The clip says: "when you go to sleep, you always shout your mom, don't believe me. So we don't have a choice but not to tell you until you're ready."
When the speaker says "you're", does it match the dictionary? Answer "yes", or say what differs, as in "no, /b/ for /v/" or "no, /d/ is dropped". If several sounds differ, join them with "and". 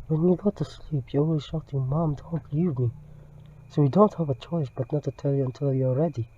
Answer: no, /l/ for /ɹ/